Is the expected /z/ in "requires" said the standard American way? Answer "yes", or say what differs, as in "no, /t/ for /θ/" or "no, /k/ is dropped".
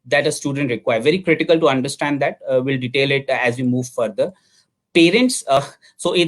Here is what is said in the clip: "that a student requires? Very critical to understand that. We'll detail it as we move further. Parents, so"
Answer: no, /z/ is dropped